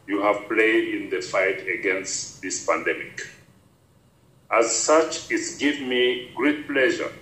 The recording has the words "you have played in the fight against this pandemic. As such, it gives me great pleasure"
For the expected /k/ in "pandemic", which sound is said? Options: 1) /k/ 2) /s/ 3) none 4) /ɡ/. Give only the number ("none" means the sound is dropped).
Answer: 1